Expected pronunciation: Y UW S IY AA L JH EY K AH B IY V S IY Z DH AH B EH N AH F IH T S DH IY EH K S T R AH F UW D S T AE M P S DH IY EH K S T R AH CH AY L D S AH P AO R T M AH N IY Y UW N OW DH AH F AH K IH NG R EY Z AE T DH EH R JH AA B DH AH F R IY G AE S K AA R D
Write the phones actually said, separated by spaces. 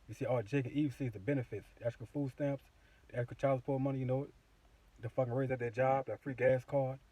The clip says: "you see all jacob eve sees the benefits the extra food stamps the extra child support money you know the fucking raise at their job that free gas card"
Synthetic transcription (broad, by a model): Y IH S IY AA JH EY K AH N IY V S IY Z DH AH B EH N AH F IH T S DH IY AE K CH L F UW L S T AE M P S DH IY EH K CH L CH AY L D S P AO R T M AH N IY Y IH N OW DH AH F AH K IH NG R EY Z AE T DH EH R JH AA B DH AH F R IY G AE S K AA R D